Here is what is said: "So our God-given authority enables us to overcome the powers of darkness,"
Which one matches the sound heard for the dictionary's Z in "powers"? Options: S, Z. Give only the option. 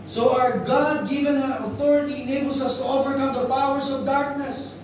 S